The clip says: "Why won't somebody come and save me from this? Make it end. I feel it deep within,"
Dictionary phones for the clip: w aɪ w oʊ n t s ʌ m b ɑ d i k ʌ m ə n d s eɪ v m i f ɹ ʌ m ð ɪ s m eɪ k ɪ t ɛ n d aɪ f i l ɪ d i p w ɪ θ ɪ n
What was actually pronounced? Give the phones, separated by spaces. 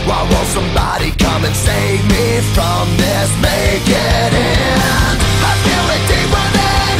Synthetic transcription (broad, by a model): w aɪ w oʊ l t s ʌ m b ɑ d i k ʌ m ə n s eɪ v m i f ɹ ʌ m ð ɪ s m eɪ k ɪ t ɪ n aɪ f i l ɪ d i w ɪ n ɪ